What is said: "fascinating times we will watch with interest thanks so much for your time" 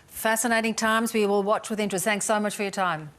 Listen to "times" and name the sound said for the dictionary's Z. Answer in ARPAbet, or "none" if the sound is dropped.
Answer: Z